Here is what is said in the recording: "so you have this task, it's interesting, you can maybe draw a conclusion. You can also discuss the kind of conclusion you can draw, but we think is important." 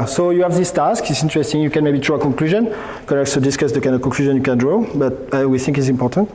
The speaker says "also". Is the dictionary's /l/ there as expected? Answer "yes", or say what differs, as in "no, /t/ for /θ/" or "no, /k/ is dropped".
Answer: no, /l/ is dropped